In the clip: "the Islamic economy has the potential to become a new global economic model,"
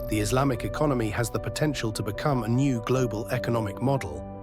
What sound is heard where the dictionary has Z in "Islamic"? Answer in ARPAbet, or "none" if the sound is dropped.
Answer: Z